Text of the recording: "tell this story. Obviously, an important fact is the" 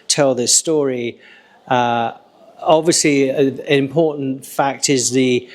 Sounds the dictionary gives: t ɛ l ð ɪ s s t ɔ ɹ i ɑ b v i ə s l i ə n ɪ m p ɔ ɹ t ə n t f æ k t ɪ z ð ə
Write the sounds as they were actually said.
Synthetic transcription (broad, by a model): t ɛ l ð ɪ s s t ɔ ɹ i ɑ b v i ə s l i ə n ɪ m p ɔ ɹ t n t f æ k t ɪ z ð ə